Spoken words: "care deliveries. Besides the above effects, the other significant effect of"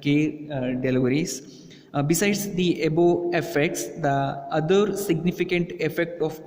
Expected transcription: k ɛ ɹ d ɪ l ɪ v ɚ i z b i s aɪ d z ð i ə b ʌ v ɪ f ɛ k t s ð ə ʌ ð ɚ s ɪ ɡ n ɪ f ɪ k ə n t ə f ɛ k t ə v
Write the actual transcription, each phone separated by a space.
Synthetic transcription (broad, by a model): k ɛ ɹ d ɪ l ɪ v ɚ i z b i s aɪ d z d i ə b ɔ ɪ f ɛ k t s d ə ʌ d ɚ s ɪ ɡ n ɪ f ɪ k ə n t ə f ɛ k t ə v